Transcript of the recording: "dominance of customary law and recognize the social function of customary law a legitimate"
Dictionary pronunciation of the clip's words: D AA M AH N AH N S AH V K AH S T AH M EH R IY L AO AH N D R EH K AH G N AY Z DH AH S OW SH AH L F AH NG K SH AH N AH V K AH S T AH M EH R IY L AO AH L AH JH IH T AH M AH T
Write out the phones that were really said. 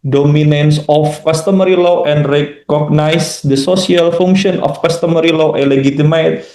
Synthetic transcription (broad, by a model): D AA M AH N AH N S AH F K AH S T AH M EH R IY L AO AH N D R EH K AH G N AY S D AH S OW S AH L F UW NG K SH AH N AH F K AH S T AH M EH R IY L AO AH L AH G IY T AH M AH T